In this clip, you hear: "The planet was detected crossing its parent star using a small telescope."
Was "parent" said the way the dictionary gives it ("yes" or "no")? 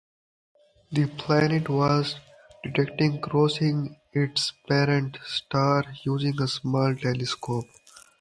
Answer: yes